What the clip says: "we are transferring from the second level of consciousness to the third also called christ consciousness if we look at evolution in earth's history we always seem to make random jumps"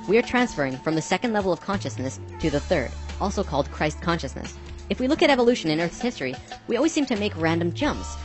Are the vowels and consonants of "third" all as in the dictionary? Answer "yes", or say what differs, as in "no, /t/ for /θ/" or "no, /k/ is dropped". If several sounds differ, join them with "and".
yes